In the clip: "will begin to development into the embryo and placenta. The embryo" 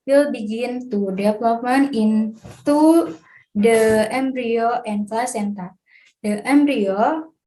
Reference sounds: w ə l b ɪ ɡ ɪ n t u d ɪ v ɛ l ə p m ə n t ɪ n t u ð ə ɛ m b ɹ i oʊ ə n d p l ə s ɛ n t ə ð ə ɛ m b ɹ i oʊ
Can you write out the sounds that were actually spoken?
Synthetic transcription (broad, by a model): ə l b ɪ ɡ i n t u d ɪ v l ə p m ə n ɪ n t u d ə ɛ m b ɹ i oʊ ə n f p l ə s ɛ n t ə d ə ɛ m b ɹ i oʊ